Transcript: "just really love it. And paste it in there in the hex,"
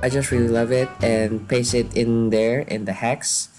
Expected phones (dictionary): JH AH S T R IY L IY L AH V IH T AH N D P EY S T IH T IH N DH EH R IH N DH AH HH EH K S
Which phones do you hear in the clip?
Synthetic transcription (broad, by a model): JH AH S T R IY L IY L AH V IH T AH N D P EY S IH T IH N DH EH R IH N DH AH HH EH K S